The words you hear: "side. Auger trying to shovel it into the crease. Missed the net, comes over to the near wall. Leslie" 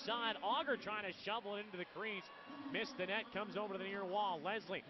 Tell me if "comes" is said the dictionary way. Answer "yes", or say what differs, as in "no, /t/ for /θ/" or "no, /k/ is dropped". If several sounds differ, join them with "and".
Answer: yes